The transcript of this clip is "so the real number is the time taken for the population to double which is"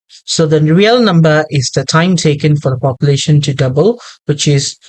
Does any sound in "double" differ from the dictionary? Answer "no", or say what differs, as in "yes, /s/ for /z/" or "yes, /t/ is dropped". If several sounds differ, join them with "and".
no